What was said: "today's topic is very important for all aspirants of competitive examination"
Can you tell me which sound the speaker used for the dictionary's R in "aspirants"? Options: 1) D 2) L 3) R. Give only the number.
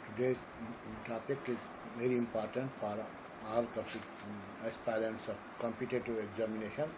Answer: 2